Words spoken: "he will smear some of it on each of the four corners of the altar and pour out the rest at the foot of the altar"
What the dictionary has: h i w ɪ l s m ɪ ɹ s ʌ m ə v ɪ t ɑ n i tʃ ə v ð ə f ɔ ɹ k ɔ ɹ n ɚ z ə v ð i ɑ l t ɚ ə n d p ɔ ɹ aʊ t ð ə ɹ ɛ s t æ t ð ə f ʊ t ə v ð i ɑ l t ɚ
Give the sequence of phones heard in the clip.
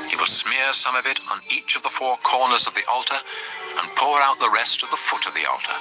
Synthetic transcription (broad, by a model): h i w ɪ l s m ɪ ɹ s ʌ m ə v ɪ t n i tʃ ə v ð ə f ɔ ɹ k ɔ ɹ n ɚ z ə v ð i ɑ l t ɚ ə n p ɔ ɹ aʊ t ð ə ɹ ɛ s t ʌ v ð ə f ʊ t ə v ð i ɑ l t ɚ